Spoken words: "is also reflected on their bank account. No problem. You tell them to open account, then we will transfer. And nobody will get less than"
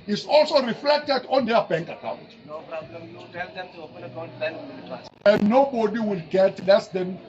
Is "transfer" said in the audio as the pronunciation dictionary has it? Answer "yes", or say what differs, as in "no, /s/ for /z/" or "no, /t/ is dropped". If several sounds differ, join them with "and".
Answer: no, /w/ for /ɹ/ and /n/ is dropped